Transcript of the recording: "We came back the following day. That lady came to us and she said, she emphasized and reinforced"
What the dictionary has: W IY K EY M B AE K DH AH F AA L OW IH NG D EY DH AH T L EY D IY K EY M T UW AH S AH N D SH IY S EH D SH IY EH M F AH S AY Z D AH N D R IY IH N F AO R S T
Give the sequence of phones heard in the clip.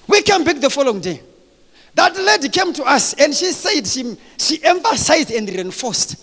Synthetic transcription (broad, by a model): W IY K EY M B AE K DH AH F AA L OW IH NG D EY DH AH T L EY D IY K EY M T UW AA S AH N D SH IY S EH D SH IY EH M F AH S AY Z D AH N D R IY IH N F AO S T